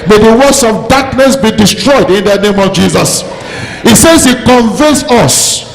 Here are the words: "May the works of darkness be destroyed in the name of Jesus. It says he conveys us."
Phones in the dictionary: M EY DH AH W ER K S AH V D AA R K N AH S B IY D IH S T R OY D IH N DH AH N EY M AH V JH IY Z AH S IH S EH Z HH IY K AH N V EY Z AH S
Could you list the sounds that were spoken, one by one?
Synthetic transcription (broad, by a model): M EY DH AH W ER S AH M D AA K N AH S B IY D IH S T R OY D IH N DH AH N EY M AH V JH IY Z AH S IH S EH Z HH IY K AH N V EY S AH S